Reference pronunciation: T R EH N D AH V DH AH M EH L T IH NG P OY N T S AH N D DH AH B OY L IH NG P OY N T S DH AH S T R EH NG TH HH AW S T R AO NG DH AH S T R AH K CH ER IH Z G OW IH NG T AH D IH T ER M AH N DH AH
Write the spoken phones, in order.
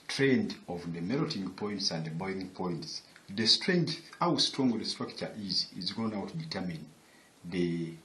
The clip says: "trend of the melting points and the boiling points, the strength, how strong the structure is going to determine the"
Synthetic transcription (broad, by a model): T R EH N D AH V DH AH M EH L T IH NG P OY N T S AH N D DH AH B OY IH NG P OY N T S DH AH S T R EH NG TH HH AW S T R AO NG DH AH S T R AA K CH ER IH Z G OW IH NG T D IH T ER M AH N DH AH